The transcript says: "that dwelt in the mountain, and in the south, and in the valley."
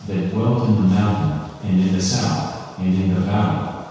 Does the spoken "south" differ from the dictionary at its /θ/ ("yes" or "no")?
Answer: no